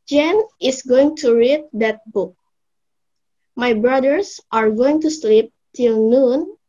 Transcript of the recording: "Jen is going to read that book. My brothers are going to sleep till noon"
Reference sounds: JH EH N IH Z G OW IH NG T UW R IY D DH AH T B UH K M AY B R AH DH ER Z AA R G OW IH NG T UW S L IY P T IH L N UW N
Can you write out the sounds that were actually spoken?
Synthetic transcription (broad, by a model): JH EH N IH S G OW IH NG T UW R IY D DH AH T B UH K M AY B R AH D ER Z AA R G OW IH NG T UW S L IY P T IH L N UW N